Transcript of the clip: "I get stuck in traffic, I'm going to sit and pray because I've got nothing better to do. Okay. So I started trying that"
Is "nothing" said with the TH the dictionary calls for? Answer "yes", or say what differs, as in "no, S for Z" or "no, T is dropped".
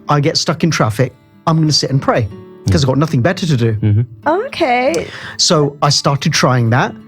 yes